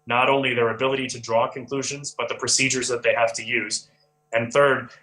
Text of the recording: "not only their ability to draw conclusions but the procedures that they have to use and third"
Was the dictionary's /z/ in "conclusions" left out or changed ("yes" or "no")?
no